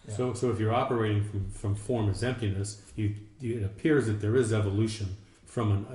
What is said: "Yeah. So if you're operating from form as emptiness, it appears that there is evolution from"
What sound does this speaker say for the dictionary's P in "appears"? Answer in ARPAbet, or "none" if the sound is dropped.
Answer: P